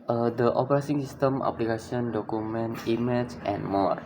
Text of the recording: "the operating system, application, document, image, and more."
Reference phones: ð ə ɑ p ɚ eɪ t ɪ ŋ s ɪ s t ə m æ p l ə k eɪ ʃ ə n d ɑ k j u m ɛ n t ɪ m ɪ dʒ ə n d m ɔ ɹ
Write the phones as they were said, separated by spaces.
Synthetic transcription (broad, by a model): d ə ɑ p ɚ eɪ s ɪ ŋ s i s t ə m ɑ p l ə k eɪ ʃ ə n d ɑ k j u m ɛ n t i m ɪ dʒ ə n m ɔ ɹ